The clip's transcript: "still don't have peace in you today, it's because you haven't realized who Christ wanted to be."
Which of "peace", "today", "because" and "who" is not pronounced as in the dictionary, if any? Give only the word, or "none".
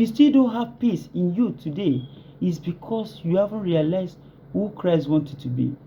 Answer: because